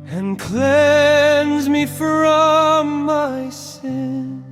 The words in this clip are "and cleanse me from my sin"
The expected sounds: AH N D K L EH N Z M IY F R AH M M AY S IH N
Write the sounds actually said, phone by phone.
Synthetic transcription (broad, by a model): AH N K L EH N Z M IY F R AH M M AY S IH N